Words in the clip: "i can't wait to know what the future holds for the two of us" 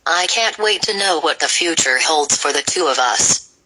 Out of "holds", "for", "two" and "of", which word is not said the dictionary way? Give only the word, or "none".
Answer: none